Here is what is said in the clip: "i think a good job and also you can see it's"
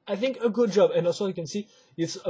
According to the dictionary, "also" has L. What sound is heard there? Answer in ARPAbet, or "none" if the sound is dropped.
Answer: none